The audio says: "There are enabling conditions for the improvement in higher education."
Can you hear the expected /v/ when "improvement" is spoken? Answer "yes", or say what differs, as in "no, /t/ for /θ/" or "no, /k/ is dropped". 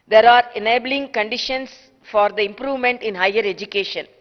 yes